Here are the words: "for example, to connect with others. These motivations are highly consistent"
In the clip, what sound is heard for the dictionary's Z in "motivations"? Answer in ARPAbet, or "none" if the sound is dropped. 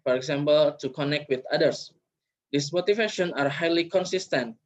none